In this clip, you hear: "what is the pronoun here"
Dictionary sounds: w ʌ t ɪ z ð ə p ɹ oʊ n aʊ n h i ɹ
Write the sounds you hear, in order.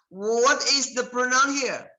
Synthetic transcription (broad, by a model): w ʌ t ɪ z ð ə p ɹ oʊ n aʊ n h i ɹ